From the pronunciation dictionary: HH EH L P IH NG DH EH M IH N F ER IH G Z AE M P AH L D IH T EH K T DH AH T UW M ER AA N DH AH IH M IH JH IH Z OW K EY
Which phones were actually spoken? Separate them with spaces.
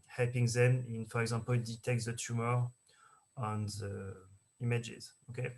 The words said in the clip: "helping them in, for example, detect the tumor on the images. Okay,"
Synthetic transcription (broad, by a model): HH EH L P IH NG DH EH M IH N F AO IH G Z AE P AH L D IH T EH K T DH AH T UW M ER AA N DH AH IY M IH JH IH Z OW K EY